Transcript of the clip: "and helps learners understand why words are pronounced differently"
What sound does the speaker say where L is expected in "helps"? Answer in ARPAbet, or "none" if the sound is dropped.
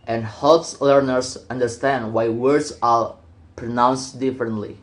L